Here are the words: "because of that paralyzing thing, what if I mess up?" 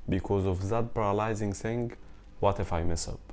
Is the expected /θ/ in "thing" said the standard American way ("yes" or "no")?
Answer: no